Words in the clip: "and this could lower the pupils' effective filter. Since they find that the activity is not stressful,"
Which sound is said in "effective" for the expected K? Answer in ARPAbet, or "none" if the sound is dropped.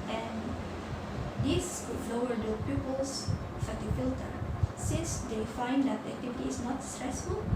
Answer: none